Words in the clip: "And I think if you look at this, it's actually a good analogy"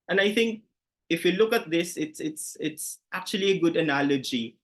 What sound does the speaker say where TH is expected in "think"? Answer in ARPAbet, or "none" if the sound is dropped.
TH